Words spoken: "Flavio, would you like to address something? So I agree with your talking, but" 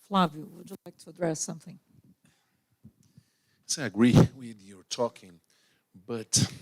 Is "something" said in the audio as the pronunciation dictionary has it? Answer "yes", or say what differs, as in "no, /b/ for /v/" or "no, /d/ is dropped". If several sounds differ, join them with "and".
yes